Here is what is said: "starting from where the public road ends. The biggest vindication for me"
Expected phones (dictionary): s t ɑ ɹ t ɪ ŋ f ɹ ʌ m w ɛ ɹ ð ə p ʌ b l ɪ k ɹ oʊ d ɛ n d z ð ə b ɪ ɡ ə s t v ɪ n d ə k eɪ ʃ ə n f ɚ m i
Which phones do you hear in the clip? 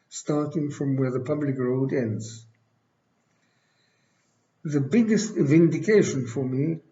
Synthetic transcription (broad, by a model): s t ɑ ɹ t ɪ ŋ f ɹ ʌ m w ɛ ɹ ð ə p ʌ b l ɪ k ɹ oʊ d ɛ n d z ð ə b ɪ ɡ ə s t v ɪ n d ə k eɪ ʃ ə n f ɚ m i